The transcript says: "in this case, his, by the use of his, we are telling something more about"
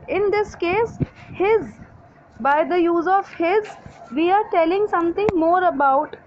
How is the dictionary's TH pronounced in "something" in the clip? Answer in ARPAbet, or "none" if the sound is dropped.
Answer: T